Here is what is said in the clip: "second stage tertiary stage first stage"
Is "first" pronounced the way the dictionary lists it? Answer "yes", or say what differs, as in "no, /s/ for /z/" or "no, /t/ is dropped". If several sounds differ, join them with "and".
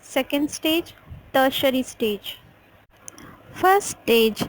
no, /s/ is dropped